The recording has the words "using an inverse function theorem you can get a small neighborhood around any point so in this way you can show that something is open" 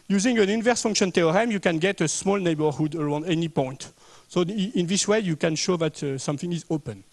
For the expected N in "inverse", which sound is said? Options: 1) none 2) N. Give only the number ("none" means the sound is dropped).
2